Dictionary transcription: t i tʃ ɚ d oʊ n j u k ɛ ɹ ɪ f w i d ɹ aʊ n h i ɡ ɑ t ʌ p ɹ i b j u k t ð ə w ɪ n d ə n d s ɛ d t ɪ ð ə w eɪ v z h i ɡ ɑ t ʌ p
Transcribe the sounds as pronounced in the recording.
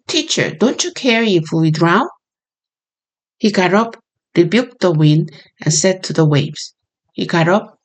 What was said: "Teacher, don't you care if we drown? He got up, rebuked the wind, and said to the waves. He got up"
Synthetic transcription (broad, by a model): t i tʃ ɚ d oʊ n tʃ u k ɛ ɹ ɪ f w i d ɹ aʊ n h i ɡ ɑ t ʌ p ɹ i b j u k t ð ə w ɪ n d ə n s ɛ d t ɪ ð ə w eɪ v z h i ɡ ɑ t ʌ p